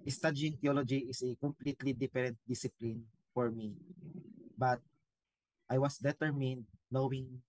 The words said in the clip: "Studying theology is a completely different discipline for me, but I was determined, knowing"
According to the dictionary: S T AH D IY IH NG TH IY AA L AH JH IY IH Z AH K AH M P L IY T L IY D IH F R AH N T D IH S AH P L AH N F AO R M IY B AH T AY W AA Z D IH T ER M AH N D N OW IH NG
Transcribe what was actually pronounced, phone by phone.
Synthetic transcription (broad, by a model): S T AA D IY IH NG T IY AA L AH JH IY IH S AH K AH M P L IY T L IY D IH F R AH N T D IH S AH P L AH N F AO R M IY B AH T AY W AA S D IH T ER M AH N D N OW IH NG